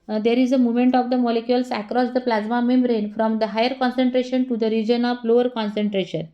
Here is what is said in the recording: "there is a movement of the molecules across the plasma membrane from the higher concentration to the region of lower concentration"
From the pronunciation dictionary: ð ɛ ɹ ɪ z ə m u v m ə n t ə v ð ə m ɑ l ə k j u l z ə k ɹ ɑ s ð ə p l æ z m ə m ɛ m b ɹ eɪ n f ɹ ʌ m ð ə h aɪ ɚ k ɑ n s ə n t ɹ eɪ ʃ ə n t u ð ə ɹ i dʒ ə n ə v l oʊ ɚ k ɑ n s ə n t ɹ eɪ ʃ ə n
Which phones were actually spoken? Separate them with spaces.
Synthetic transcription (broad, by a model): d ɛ ɹ ɪ z ə m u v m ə n t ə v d ə m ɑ l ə k j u l s ə k ɹ ɑ s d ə p l æ z m ə m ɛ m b ɹ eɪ n f ɹ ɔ m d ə h aɪ ɚ k ɑ n s ə n t ɹ eɪ ʃ ə n t u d ə ɹ i dʒ ə n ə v l oʊ ɚ k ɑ n s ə n t ɹ eɪ ʃ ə n